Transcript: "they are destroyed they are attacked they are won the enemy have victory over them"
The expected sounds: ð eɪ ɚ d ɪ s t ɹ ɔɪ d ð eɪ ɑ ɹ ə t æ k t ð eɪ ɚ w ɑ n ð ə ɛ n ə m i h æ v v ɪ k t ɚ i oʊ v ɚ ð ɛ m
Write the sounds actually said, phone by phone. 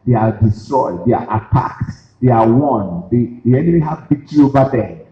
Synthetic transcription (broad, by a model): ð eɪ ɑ d ɪ s t ɹ ɔɪ d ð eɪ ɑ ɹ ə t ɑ k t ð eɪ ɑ w ɑ n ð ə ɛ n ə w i h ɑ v b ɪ t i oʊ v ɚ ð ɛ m